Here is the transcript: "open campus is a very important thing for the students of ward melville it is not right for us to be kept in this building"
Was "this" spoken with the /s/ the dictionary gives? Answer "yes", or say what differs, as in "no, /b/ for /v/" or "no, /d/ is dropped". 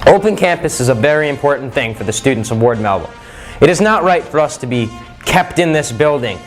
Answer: yes